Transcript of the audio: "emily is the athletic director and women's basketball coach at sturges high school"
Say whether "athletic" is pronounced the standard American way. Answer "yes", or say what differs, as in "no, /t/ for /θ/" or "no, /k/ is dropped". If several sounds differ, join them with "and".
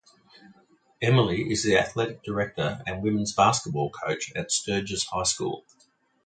yes